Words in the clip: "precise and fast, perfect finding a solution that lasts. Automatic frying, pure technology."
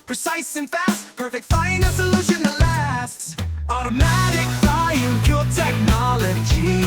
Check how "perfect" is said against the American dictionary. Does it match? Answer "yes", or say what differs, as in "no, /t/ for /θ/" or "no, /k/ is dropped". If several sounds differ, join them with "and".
yes